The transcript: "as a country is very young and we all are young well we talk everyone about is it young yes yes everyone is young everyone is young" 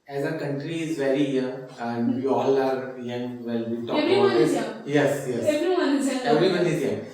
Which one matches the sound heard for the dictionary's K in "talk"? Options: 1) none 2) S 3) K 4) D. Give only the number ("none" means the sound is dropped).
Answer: 1